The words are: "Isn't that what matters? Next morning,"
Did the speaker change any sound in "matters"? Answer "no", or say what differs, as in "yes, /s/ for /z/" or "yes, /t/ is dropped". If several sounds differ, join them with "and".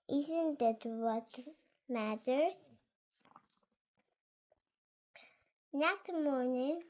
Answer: yes, /z/ is dropped